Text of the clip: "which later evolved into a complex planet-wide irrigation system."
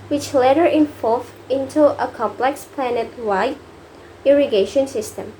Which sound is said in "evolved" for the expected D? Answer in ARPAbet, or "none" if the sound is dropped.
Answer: none